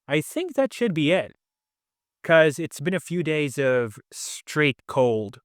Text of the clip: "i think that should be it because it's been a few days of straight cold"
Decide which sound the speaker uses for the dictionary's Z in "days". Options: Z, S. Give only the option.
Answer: Z